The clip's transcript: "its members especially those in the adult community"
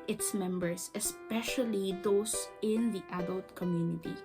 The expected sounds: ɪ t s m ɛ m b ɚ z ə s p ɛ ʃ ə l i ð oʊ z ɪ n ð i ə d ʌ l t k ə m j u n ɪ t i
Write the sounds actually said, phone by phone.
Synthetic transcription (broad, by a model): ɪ t s m ɛ m b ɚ s ə s p ɛ ʃ ə l i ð oʊ s ɪ n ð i ə d ʌ l t k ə m j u n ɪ t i